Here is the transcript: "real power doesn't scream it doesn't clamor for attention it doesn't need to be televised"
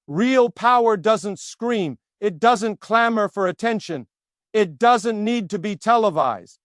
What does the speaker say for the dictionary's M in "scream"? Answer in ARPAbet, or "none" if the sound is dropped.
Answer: M